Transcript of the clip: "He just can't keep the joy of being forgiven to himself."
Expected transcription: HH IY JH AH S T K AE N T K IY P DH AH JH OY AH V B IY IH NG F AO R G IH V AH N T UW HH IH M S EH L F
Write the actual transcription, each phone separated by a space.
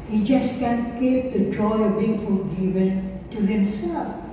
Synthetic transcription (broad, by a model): HH IY JH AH S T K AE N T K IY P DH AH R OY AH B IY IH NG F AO L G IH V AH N T UW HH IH M S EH L F